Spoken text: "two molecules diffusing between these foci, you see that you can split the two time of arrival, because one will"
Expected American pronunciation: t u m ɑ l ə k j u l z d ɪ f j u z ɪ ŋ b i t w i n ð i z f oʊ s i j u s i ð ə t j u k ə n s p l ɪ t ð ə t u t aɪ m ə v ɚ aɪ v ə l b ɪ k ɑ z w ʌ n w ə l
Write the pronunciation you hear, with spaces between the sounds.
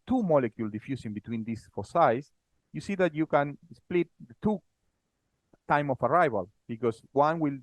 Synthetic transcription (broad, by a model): t u m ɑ l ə k j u l d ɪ f j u s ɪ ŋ b i t w i n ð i s f oʊ s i j u s i ð ə t j u k ə n s p l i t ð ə t u t aɪ m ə f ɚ aɪ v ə l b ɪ k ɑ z w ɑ n w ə l